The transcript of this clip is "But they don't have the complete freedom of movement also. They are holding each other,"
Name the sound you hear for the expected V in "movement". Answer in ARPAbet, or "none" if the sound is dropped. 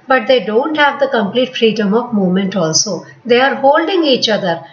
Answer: none